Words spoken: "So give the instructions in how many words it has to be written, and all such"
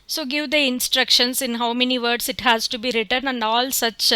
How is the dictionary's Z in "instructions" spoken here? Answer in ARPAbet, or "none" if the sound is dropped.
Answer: S